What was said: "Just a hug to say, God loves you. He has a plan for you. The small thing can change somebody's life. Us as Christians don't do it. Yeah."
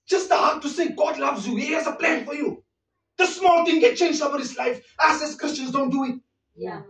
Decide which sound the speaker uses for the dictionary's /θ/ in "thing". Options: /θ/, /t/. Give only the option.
/t/